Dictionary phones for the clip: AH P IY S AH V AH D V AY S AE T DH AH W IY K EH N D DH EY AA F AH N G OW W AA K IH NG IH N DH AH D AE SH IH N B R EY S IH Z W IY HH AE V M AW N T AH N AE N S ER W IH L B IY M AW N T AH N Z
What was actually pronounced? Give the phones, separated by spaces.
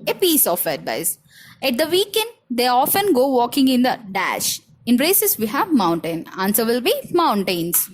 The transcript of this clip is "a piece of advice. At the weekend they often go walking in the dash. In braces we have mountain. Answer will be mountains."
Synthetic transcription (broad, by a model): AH P IY S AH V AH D B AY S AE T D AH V IY K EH N D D EY AA F AH N G OW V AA K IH NG IH N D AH D AE SH IH N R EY S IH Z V IY HH AE V M AW N T AH N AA N S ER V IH L B IY M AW N T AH N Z